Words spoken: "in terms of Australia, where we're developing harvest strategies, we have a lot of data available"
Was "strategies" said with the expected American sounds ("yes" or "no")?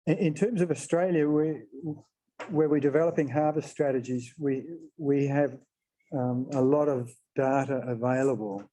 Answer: yes